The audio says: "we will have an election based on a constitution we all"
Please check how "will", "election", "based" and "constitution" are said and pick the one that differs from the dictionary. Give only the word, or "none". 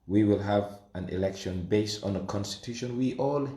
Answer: none